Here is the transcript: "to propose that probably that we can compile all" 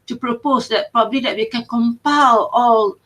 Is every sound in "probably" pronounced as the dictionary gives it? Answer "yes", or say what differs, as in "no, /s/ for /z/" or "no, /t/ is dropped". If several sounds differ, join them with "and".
yes